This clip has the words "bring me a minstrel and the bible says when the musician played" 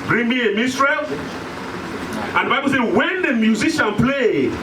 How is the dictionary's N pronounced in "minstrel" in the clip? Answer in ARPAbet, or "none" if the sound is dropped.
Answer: none